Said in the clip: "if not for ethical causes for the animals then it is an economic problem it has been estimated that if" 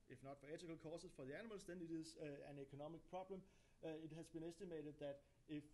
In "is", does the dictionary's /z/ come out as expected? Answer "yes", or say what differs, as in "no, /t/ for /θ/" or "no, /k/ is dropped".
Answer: no, /s/ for /z/